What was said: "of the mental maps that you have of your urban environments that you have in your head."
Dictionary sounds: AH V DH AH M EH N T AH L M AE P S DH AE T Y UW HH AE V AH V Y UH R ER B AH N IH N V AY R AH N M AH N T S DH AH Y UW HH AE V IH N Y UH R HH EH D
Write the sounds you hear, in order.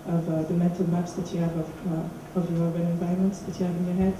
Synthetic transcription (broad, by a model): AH V DH AH M EH N T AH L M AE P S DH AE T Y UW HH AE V AH V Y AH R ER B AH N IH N V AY AH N M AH N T S DH AH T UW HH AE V IH N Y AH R HH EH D